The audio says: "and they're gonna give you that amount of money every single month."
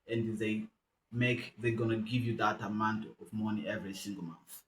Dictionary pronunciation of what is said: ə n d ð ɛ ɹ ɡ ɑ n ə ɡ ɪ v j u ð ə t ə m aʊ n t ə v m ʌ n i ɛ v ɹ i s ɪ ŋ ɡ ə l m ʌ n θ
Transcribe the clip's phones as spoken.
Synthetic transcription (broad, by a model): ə n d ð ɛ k ɡ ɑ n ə ɡ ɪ v j u ð ə t ə m aʊ n t ə v m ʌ n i ɛ v ɹ i s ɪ ŋ ɡ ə l m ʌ n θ